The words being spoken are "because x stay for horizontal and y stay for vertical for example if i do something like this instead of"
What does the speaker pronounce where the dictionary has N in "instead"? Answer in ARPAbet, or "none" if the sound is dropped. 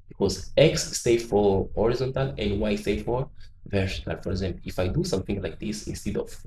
N